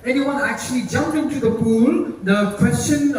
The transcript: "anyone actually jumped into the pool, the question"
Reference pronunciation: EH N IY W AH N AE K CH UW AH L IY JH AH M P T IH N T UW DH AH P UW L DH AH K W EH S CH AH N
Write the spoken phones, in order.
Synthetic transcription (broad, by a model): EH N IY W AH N AE K CH UW AH L IY JH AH M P IH N T UW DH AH P UW L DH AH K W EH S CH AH N